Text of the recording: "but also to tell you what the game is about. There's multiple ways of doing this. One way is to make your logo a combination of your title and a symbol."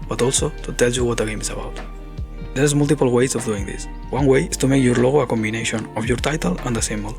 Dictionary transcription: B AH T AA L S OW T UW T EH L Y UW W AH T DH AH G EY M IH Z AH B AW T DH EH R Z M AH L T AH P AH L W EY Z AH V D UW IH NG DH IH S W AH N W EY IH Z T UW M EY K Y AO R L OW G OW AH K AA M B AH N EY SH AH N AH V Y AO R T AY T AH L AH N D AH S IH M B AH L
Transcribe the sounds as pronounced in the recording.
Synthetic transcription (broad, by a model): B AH T AA L S OW T UW T EH L Y UW W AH T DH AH G EY M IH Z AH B AW T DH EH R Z M AH L T AH P AH L W EY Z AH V D UW IH NG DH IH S W AH N W EY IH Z T UW M EY K Y AO R L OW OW AH K AA M B AH N EY SH AH N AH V Y AO R T AY T AH L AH N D AH S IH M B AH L